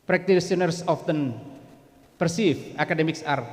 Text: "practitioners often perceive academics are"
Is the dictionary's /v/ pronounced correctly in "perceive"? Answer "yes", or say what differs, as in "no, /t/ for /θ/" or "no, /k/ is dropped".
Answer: no, /f/ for /v/